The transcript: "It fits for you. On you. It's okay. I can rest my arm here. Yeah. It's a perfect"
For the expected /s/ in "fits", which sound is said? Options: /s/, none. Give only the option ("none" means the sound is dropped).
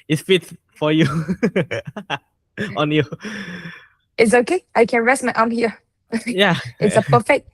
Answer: none